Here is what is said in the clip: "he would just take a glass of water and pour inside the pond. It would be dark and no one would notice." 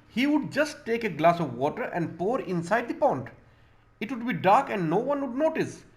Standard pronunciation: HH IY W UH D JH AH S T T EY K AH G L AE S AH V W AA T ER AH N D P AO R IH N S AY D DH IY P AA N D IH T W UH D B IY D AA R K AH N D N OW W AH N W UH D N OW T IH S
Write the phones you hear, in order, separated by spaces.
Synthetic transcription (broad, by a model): HH IY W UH D JH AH S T T EY K AH G L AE S AH V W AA T ER AH N D P AO R IH N S AY D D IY P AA N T IH T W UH D B IY D AA R K AH N D N OW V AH N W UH D N OW T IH S